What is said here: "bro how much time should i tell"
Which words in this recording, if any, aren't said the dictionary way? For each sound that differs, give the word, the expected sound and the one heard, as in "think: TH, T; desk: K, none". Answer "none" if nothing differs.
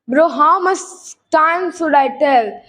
much: CH, S; should: SH, S